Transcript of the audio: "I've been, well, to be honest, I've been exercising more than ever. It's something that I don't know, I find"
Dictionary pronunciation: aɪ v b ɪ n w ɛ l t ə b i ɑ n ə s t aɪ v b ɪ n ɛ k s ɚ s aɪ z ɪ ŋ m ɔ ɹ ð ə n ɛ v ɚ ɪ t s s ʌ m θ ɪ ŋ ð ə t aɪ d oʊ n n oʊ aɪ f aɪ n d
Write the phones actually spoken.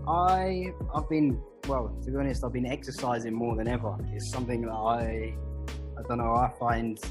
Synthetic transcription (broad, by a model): aɪ v b ɪ n w ɛ l t ə b i ɑ n ə s t aɪ v b ɪ n ɛ k s ɚ s aɪ z ɪ ŋ m ɔ ɹ ð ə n ɛ v ɚ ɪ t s s ʌ m θ ɪ ŋ ð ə t aɪ d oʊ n n oʊ aɪ f aɪ n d